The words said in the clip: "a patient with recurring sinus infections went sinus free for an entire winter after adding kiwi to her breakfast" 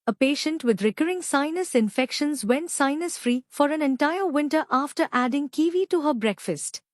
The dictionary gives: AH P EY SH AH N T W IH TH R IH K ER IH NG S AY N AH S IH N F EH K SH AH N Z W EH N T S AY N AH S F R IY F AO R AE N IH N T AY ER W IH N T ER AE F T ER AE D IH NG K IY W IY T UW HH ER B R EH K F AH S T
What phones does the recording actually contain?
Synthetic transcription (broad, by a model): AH P EY SH AH N T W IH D R IH K ER IH NG S AY N AH S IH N F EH K SH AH N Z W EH N T S AY N AH S F R IY F AO R AE N IH N T AY ER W IH N T ER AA F T ER AE D IH NG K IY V IY T UW HH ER B R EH K F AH S T